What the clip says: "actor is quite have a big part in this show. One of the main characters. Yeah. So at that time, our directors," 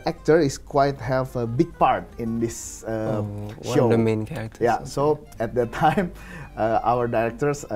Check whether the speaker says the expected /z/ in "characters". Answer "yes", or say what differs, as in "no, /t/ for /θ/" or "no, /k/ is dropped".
no, /z/ is dropped